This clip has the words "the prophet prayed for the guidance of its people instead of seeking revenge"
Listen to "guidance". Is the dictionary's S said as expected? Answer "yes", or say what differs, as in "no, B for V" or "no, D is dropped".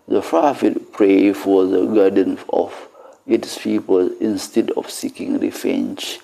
no, S is dropped